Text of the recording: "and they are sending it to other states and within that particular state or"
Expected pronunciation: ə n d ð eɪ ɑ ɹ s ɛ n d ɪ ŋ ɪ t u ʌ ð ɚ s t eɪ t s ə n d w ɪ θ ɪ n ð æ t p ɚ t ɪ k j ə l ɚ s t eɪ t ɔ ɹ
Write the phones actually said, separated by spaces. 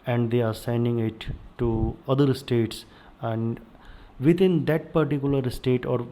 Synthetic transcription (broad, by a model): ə n d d eɪ ɑ ɹ s ɛ n d ɪ ŋ ɪ t u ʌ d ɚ s t eɪ t s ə n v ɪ t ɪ n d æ t p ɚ t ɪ k j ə l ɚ s t eɪ t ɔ ɹ